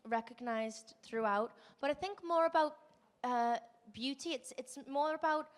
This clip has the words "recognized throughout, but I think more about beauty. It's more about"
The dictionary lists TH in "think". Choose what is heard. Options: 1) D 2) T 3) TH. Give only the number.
3